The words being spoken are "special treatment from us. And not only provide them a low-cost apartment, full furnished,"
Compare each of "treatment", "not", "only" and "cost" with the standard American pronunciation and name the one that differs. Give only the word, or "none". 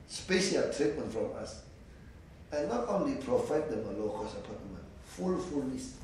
cost